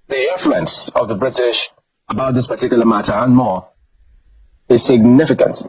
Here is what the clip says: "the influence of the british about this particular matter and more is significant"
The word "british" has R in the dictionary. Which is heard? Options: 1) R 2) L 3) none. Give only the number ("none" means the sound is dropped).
1